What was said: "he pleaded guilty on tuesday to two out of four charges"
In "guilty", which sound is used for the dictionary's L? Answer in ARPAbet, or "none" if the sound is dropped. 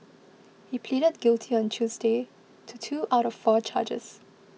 L